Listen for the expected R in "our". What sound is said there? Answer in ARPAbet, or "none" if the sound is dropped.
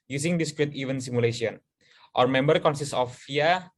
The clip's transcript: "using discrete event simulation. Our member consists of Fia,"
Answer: R